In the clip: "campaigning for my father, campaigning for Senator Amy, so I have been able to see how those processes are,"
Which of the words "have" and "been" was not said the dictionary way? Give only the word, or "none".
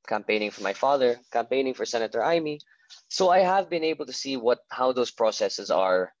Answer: none